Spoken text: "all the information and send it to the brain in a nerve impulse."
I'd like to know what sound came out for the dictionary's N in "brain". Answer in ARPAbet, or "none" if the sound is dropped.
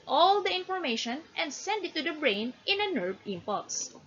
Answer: N